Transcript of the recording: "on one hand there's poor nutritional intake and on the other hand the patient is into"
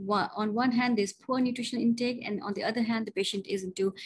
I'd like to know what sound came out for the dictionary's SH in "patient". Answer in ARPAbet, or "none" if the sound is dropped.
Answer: SH